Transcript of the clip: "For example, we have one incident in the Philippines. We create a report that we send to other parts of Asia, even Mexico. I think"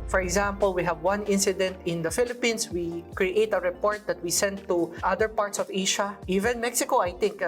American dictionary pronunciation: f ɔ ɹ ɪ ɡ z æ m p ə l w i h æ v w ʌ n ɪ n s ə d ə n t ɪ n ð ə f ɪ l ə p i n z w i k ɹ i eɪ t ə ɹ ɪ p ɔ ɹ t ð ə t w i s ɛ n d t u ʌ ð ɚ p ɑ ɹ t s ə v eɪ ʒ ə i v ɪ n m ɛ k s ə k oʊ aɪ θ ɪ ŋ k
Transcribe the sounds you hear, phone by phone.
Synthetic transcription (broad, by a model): f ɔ ɹ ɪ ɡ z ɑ m p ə l w i h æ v w ʌ n ɪ n s ə d ə n t ɪ n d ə f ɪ l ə p i n s w i k ɹ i eɪ t ə ɹ ɪ p ɔ ɹ t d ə t w i s ɛ n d t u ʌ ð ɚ p ɑ ɹ t s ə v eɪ ʃ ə i v ɪ n m ɛ k s ə k oʊ aɪ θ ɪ ŋ k